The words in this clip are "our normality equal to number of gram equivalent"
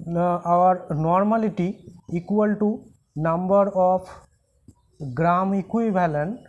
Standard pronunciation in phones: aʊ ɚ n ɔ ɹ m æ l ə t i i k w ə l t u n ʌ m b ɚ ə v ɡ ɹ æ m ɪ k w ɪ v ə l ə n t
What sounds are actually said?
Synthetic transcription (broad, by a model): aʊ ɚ n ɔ ɹ m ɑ l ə t i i k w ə l t u n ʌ m b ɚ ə p ɡ ɹ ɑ m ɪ k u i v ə l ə n